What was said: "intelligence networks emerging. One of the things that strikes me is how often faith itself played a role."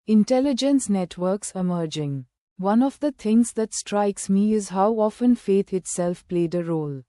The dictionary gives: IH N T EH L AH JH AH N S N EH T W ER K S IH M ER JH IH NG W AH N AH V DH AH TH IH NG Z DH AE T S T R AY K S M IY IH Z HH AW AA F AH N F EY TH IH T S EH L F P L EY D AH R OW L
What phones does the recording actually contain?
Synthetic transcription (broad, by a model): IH N T EH L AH JH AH N S N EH T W ER K S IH M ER JH IH NG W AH N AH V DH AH T IH NG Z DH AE T S T R AY K S M IY IH Z HH AW AA F AH N F EY T IH T S EH L F P L EY D AH R OW L